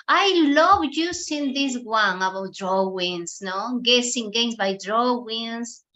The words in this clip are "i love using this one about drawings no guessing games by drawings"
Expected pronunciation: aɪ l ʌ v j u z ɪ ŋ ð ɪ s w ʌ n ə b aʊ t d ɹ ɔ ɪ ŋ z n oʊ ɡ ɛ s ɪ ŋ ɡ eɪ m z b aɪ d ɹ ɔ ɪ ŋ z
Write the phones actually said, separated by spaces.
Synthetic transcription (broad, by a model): aɪ l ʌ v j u s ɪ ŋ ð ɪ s w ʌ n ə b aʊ t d ɹ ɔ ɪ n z n oʊ ɡ ɛ s ɪ ŋ ɡ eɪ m s b aɪ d ɹ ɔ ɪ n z